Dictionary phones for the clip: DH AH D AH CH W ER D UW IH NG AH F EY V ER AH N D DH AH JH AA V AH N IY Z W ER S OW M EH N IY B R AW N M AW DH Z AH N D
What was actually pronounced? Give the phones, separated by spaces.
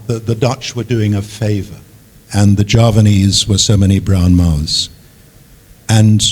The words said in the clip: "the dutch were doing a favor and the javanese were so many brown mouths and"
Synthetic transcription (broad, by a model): DH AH D AH CH W ER D UW IH NG AH F EY V ER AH N DH AH JH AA V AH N IY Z W ER S OW M EH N IY B R AW N M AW Z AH N